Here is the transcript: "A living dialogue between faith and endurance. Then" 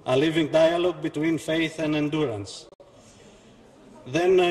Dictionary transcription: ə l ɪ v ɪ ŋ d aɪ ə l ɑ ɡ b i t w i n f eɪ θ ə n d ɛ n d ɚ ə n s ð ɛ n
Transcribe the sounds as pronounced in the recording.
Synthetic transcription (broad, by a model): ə l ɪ v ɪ ŋ d aɪ ə l ɑ ɡ b i t w i n f eɪ θ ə n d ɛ n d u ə n s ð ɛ n